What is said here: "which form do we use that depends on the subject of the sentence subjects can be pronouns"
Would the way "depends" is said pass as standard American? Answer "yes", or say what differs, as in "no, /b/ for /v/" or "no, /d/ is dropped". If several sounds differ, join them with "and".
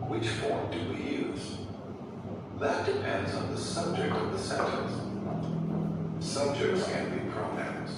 yes